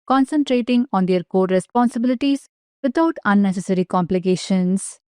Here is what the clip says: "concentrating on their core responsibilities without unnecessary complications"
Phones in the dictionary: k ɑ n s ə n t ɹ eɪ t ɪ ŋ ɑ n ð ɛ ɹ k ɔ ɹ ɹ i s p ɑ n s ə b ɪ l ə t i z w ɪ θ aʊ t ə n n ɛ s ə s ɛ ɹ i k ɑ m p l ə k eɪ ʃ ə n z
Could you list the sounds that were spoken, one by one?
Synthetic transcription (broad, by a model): k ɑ n s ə n t ɹ eɪ t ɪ ŋ ɑ n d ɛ ɹ k ɔ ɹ ɹ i s p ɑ n s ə b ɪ l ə t i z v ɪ t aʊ t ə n n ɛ s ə s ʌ ɹ i k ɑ m p l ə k eɪ ʃ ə n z